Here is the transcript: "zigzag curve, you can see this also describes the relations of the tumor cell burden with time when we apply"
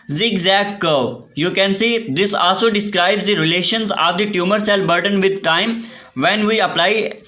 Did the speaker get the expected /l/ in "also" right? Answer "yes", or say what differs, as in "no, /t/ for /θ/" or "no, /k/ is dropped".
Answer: yes